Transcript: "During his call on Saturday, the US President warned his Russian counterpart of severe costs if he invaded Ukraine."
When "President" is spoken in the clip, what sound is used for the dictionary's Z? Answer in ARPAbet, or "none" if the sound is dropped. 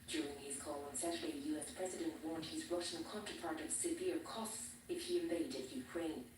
Z